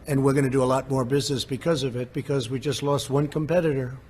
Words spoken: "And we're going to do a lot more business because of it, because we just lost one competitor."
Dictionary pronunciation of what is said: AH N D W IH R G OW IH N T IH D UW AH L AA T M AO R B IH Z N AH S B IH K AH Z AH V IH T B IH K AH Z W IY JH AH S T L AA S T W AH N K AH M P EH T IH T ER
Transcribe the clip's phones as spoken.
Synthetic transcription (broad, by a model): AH N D W IH R G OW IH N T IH D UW AH L AA T M AO R B IH Z N AH S B IH K AH Z AH V IH T B IH K AH Z W IY JH AH S T L AA S T W AH N K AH M P EH T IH T ER